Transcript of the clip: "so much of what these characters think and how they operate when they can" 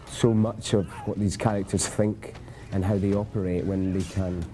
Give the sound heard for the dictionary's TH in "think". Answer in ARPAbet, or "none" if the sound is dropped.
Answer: TH